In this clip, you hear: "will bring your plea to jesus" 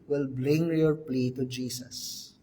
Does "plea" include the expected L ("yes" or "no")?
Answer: yes